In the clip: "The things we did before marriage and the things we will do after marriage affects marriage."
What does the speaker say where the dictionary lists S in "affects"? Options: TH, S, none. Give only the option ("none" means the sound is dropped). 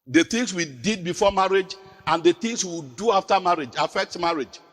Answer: none